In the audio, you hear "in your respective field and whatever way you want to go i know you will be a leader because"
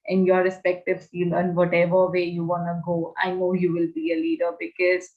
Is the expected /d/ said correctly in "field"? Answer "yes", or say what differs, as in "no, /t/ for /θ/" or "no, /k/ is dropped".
no, /d/ is dropped